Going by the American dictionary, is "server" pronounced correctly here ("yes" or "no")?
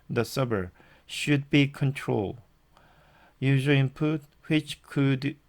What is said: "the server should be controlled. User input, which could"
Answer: no